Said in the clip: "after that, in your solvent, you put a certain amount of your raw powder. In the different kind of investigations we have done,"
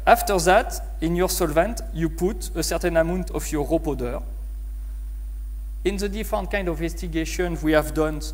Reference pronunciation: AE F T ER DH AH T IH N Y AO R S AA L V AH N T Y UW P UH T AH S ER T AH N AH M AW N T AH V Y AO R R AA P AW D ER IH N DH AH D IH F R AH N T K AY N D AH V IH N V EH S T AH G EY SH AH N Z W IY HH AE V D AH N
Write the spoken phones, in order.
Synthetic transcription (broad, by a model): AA F T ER DH AH T IH N Y AO R S AA L V AH N T Y UW P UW T AH S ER T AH N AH M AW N T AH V Y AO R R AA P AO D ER IH N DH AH D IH F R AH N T K AY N D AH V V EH S T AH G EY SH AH N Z W IY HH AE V D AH N